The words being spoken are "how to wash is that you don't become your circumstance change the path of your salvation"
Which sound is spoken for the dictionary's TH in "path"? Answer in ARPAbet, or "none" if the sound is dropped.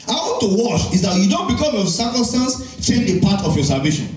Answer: T